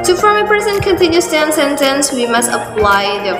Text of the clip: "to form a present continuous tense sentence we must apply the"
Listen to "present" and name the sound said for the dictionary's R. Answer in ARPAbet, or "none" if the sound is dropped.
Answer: none